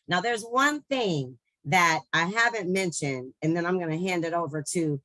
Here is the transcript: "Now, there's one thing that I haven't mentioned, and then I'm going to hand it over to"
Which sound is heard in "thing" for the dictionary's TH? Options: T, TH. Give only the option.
TH